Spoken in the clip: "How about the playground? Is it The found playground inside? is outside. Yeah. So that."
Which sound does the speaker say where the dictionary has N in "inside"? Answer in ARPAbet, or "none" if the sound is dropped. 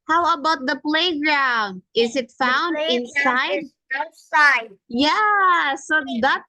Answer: N